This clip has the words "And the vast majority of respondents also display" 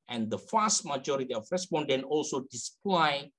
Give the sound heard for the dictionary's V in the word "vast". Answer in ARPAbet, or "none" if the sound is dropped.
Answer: F